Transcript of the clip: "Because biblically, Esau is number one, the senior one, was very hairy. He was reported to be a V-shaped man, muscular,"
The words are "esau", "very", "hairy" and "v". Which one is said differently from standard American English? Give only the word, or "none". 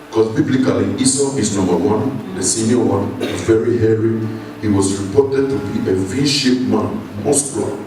v